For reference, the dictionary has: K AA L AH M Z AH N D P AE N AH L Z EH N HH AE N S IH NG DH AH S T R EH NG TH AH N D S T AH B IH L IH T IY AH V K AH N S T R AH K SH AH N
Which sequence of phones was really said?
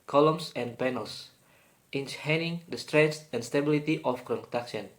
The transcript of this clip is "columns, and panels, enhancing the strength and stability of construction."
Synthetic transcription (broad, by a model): K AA L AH M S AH N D P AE N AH L S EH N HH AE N IH NG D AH S T R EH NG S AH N S T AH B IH L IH T IY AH F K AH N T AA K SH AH N